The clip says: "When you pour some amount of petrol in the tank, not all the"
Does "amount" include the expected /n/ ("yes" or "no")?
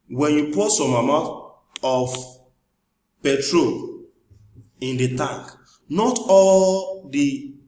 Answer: no